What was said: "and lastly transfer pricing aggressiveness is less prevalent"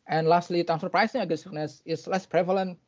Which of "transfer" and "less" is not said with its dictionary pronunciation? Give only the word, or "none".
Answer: transfer